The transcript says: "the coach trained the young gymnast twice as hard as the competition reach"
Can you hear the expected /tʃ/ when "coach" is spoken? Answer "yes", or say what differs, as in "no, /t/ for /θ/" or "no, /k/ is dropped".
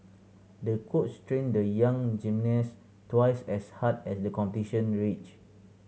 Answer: no, /s/ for /tʃ/